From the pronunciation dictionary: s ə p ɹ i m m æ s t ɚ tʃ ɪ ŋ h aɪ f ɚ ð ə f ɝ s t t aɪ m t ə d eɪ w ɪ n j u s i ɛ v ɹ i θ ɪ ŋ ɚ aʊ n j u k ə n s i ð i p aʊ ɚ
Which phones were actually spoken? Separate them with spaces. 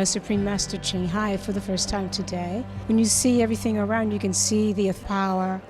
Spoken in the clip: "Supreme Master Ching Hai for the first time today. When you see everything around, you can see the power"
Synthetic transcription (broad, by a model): s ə p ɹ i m m æ s t ɚ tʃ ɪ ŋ h aɪ f ɚ ð ə f ɝ s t t aɪ m t ə d eɪ w ɪ n j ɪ s i ɛ v ɹ i θ ɪ ŋ ɚ aʊ n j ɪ k ə n s i ð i p aʊ ɚ